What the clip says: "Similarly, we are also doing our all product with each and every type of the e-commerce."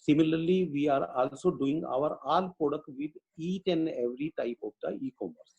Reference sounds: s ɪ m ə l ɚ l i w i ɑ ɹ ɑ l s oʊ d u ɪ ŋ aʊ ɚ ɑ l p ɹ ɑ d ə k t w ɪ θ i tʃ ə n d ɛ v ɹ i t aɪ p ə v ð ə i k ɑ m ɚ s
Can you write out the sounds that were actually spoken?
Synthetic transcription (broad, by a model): s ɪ m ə l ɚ l i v i ɑ ɹ ɑ l s oʊ d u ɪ ŋ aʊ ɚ ɑ l p ɹ ɑ d ə k t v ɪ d i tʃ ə n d ɛ v ɹ i t aɪ p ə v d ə i k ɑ m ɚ s